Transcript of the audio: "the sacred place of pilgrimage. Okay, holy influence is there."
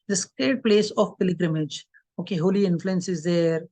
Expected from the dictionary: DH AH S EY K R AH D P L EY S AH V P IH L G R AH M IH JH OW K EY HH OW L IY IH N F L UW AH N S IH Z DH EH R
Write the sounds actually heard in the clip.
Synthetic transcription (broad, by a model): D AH S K AH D P L EY S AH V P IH L G R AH M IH JH OW K EY HH OW L IY IH N F L UW AH N S IH Z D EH R